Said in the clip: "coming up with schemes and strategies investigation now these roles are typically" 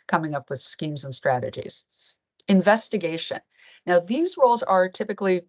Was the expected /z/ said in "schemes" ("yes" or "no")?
yes